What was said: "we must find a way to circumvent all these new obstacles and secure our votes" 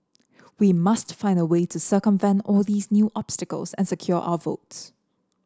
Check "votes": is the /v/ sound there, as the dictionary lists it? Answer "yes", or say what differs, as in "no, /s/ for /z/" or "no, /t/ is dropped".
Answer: yes